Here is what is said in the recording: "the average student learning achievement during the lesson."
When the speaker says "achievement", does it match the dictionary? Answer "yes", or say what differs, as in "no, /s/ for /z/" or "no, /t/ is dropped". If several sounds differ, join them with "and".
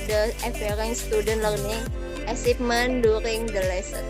no, /s/ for /tʃ/ and /p/ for /v/